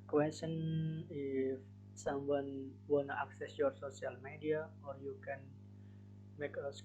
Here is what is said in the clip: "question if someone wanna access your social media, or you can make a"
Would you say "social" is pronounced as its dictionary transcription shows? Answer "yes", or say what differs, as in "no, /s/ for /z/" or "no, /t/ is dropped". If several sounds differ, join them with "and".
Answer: no, /s/ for /ʃ/